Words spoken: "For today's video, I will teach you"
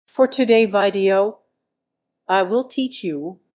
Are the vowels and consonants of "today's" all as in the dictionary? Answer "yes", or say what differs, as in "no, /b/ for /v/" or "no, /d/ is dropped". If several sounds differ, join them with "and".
no, /z/ is dropped